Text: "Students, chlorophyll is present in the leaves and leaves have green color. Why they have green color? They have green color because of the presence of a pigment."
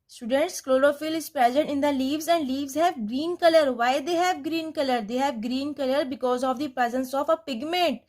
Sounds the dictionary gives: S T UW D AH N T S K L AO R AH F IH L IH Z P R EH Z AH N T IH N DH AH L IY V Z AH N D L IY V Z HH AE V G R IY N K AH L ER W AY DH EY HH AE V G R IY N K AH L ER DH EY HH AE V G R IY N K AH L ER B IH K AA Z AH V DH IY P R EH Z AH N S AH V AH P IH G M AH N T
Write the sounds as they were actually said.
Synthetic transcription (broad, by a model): S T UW D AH N T S K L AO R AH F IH L IH Z P R EH Z AH N T IH N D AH L IY V Z AH N D L IY V Z HH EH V G R IY N K AH L ER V AY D EY HH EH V G R IY N K AH L ER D EY HH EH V G R IY N K AH L ER B IH K AA Z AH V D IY P R EH Z AH N S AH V AH P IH G M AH N T